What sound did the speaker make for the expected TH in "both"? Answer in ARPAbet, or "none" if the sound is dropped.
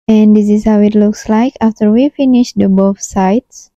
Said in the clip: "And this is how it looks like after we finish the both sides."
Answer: F